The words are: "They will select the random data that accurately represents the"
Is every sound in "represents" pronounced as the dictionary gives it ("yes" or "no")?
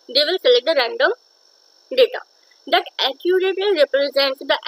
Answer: yes